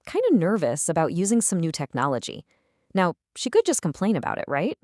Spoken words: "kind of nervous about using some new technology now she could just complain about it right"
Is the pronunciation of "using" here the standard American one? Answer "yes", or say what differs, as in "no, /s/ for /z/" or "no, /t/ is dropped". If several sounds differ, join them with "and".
yes